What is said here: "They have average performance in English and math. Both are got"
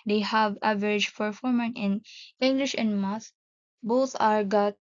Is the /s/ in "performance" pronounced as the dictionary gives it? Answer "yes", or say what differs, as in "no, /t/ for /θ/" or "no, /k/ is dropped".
no, /s/ is dropped